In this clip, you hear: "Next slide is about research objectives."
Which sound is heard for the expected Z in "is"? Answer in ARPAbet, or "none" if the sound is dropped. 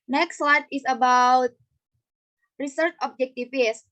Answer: S